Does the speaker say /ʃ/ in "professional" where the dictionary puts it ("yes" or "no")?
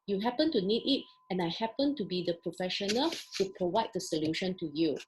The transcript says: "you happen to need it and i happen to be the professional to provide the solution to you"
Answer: yes